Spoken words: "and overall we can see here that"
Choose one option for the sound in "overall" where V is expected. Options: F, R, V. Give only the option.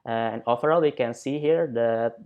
F